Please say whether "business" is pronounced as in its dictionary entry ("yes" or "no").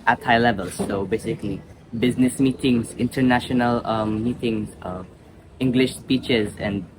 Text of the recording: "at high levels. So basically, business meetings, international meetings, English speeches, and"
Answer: yes